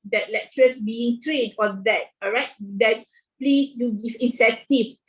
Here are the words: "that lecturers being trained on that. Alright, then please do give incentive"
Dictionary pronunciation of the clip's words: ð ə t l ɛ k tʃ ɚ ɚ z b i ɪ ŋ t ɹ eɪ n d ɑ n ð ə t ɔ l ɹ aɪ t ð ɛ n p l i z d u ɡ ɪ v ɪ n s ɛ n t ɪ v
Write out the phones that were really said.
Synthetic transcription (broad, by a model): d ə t l ɛ k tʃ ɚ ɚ s b i ɪ ŋ t ɹ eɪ d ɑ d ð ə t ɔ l ɹ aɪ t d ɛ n p l i s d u ɡ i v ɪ n s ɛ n t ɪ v